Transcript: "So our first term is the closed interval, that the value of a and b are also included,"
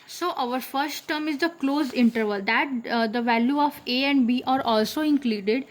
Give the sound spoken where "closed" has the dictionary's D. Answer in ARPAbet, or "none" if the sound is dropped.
none